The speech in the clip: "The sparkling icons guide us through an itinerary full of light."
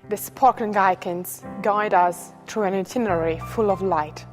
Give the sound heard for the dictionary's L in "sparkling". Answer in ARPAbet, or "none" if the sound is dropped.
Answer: none